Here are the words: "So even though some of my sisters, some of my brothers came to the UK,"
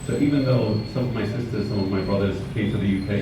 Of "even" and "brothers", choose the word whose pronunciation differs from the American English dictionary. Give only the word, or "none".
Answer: none